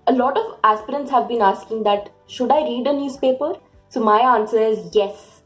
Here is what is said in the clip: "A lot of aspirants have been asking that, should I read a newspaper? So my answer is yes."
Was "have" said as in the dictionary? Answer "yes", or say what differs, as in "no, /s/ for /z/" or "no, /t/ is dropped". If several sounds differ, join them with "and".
yes